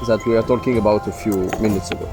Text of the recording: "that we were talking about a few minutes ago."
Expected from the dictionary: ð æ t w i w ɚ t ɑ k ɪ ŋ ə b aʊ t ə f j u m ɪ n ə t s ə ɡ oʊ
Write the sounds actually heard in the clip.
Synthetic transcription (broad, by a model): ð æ t w i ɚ t ɑ k ɪ ŋ ə b aʊ t ə f j u m ɪ n ə t s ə ɡ oʊ